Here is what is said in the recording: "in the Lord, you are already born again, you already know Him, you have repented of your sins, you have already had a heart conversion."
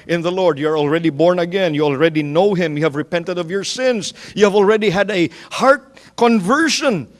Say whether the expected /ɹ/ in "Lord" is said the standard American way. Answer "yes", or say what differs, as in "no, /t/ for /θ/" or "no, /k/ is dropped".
yes